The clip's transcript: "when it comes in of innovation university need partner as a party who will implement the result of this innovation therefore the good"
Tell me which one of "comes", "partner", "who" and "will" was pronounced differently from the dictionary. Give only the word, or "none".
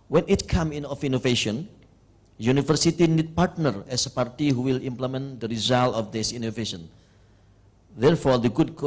comes